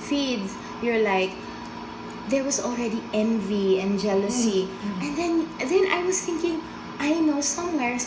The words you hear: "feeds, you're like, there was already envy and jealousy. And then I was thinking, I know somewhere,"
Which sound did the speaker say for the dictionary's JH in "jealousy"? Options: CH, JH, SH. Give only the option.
JH